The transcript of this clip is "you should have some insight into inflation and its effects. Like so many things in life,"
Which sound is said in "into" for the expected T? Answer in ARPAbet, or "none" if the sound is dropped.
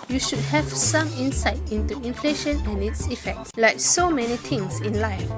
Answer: T